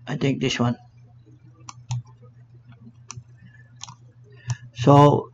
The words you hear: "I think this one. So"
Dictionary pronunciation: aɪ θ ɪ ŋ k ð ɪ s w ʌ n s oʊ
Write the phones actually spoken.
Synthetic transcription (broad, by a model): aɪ t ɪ ŋ k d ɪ s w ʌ n s oʊ